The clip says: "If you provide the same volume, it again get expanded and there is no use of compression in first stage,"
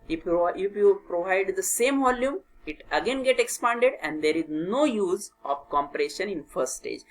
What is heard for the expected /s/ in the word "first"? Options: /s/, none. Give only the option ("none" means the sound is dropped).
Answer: none